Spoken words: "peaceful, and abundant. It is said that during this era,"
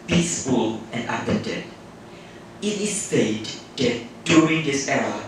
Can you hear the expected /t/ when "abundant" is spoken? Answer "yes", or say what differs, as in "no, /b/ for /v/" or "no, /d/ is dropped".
no, /t/ is dropped